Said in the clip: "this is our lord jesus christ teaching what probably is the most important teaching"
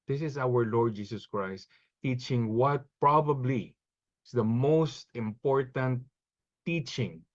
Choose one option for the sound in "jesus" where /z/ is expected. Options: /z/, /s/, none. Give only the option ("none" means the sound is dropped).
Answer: /s/